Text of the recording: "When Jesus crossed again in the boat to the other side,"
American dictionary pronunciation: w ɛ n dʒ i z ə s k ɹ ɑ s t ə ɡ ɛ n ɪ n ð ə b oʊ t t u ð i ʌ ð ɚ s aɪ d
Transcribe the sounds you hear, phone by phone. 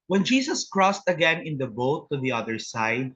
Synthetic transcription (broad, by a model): w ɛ n dʒ i s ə s k ɹ ɑ s t ə ɡ ɛ n ɪ n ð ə b oʊ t t u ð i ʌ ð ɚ s aɪ d